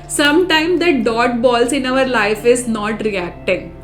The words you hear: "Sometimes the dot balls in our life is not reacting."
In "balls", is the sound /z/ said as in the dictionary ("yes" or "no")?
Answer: no